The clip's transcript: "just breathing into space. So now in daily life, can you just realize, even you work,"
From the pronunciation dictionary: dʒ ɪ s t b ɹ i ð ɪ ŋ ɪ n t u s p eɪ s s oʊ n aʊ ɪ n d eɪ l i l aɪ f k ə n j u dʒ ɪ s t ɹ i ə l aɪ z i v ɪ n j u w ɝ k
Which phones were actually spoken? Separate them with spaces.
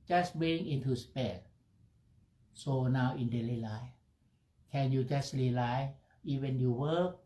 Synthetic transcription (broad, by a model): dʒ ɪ s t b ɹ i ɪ ŋ ɪ n t u s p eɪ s s oʊ n aʊ ɪ n d eɪ l i l aɪ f k ə n j u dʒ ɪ s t l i l aɪ i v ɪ n j u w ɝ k